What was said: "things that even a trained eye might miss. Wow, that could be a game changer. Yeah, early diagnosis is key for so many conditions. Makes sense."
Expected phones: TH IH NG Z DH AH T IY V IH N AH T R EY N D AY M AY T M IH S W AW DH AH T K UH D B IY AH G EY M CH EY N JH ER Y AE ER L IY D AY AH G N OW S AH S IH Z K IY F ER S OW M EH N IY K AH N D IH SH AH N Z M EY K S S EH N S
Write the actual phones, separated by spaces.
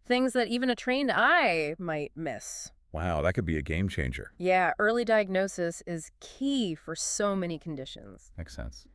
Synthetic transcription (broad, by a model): TH IH NG Z DH AH T IY V IH N AH T R EY N D AY M AY T M IH S W AW DH AH T K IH D B IY AH G EY M CH EY N JH ER Y AE ER L IY D AY AH G N OW S AH S IH Z K IY F ER S OW M EH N IY K N D IH SH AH N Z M EY K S S EH N S